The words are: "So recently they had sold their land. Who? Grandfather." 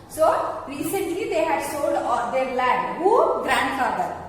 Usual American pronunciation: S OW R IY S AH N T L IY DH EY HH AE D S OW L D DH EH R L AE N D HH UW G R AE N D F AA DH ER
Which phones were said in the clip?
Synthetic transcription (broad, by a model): S OW R IY S AH N T L IY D EY HH AE D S OW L D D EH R L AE D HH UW G R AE N D F AA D ER